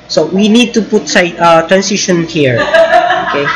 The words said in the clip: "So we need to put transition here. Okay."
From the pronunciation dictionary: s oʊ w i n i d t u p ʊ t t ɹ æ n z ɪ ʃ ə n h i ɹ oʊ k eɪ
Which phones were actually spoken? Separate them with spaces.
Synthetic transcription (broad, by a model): s oʊ w i n i d t u p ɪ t t ɹ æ n s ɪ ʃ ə n h i ɹ oʊ k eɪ